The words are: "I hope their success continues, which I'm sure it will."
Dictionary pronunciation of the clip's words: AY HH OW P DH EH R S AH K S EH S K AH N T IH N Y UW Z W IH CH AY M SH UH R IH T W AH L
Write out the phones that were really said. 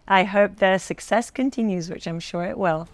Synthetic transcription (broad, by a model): AY HH OW P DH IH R S AH K S EH S K AH N T IH N Y UW Z W IH CH AY M SH UH R IH T W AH L